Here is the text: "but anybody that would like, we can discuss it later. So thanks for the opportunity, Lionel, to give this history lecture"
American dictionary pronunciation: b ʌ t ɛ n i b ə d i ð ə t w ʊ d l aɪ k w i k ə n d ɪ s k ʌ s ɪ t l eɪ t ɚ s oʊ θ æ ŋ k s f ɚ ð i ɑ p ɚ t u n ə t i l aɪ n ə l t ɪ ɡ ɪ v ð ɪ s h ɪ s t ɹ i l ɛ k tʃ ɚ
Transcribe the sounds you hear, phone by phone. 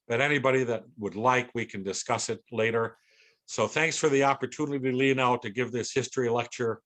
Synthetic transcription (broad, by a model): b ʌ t ɛ n i b ə d i ð ə t w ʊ d l aɪ k w i k ə n d ɪ s k ʌ s ɪ t l eɪ t ɚ s oʊ θ æ ŋ k s f ɚ ð i ɑ p ɚ t u n ə t i l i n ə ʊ t ɪ ɡ ɪ v ð ɪ s h ɪ s t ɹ i l ɛ k tʃ ɚ